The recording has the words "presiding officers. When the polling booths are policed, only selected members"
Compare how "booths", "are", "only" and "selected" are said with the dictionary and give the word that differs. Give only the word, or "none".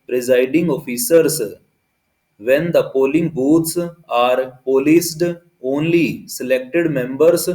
booths